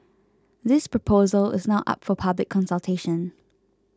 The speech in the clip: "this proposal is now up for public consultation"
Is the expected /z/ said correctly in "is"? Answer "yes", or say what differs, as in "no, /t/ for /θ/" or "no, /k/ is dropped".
yes